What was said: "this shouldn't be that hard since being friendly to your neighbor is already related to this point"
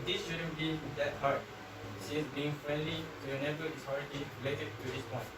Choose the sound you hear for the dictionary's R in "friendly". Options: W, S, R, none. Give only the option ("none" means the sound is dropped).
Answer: R